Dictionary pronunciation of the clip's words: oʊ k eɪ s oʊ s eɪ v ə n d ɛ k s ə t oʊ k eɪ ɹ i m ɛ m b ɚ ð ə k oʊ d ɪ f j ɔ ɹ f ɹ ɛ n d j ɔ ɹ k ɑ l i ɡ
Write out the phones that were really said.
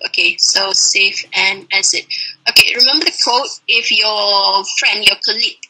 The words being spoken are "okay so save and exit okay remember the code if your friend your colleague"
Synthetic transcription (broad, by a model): oʊ k eɪ s oʊ s eɪ f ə n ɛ s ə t oʊ k eɪ ɹ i m ɛ m b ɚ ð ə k oʊ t ɪ f j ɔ f ɹ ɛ n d j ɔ k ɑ l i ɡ